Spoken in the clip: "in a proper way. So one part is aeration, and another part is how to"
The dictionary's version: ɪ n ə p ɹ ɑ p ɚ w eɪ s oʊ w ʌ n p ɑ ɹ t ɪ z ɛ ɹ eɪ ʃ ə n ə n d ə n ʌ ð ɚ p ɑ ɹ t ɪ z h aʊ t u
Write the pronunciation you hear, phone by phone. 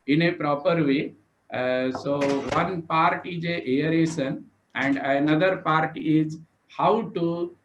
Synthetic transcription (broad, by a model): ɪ n ə p ɹ ɑ p ɚ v eɪ s oʊ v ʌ n p ɑ ɹ t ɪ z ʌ ɹ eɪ s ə n ə n d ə n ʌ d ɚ p ɑ ɹ t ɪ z h aʊ t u